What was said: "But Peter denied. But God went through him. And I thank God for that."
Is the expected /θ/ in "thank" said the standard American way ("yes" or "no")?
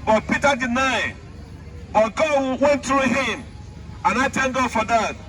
no